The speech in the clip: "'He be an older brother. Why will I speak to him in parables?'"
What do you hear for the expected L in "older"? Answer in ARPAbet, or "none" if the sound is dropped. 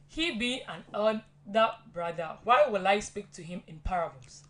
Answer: none